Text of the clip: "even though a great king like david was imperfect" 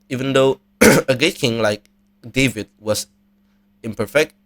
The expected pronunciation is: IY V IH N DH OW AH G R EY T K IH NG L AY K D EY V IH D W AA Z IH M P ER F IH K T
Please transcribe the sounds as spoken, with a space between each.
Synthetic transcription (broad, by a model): IY V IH N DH OW AH G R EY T K IH NG L AY K D EY V IH D W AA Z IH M P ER F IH K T